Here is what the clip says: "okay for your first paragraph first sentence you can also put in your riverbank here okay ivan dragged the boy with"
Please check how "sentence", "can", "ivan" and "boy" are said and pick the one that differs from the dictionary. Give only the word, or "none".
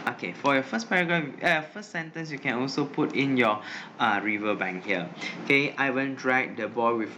ivan